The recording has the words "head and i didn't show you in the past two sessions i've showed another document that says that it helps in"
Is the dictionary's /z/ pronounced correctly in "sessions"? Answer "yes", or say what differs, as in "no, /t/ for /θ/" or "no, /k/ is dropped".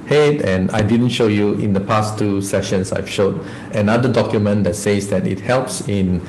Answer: no, /s/ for /z/